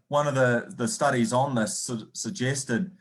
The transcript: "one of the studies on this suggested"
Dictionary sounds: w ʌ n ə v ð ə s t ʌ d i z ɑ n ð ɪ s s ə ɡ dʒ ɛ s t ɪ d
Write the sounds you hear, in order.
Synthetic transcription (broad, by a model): w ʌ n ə v ð ə s t ʌ d i z n ð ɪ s s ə ɡ dʒ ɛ s t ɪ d